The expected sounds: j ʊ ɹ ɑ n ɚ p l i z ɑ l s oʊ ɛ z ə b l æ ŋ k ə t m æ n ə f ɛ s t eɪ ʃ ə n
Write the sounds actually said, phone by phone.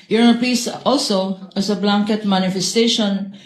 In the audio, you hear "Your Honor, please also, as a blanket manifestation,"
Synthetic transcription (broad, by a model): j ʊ ɹ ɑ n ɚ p i s ɑ l s oʊ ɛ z ə b l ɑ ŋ k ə t m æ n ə f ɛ s t eɪ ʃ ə n